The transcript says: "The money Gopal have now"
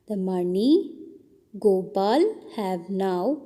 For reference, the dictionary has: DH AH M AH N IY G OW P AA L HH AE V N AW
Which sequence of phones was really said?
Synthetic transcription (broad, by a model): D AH M AH N IY G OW B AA L HH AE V N AW